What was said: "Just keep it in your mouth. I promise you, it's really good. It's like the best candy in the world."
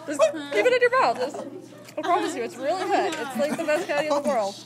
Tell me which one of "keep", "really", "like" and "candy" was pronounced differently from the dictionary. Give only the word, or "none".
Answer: candy